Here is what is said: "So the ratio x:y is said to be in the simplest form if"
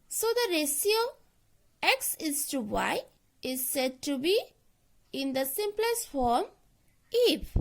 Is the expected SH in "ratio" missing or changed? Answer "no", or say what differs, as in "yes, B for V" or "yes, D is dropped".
yes, S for SH